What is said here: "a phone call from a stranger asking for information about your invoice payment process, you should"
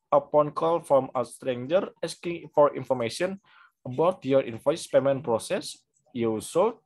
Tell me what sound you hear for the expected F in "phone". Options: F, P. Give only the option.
P